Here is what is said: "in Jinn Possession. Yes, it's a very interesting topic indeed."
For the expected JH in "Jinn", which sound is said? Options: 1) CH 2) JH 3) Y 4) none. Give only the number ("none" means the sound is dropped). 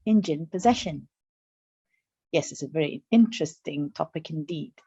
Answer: 2